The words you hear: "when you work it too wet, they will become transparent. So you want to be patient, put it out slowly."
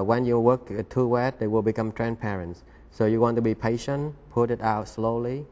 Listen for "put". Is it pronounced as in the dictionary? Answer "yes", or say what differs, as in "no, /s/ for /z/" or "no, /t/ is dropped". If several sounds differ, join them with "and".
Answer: yes